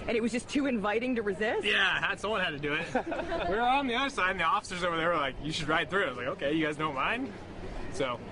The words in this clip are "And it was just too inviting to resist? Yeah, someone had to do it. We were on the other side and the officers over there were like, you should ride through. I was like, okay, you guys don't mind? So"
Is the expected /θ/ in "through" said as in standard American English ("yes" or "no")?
yes